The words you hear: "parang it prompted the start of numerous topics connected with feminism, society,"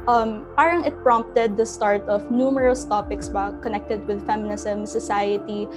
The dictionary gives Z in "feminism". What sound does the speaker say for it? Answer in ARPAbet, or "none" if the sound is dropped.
S